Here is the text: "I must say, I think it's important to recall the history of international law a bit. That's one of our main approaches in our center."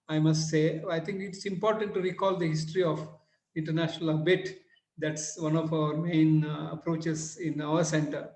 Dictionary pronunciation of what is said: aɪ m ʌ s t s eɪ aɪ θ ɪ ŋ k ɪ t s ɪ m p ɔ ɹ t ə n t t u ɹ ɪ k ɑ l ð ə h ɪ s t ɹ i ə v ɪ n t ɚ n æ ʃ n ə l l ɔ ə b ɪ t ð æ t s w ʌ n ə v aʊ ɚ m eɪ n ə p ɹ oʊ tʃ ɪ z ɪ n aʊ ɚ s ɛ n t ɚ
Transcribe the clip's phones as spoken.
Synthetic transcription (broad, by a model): aɪ m ʌ s t s eɪ aɪ t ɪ ŋ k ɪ t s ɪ m p ɔ ɹ t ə n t t u ɹ ɪ k ɑ l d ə h ɪ s t ɹ i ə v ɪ n t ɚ n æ ʃ n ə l l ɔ ə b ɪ t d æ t s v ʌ n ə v aʊ ɚ m eɪ n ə p ɹ oʊ tʃ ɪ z ɪ n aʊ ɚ s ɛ n t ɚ